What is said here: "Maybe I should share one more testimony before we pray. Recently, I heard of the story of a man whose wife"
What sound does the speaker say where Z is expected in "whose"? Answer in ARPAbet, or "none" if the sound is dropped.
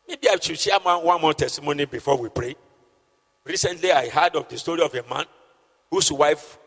S